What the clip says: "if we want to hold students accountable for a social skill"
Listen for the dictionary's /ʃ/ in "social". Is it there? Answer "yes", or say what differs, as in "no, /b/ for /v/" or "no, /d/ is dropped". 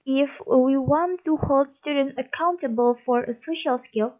yes